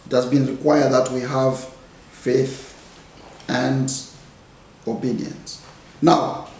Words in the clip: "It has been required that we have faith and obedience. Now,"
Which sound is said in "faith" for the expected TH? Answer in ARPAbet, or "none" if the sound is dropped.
TH